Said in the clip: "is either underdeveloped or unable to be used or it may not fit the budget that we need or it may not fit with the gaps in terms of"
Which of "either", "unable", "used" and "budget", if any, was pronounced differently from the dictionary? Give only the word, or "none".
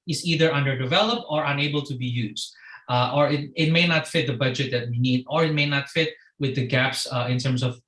none